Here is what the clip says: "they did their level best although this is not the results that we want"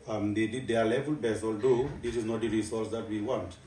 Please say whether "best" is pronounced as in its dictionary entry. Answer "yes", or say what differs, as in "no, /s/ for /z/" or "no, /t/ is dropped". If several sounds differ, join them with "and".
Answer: no, /t/ is dropped